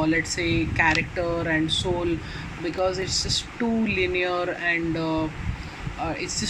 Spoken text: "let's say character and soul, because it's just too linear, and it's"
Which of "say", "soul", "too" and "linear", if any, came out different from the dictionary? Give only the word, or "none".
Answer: none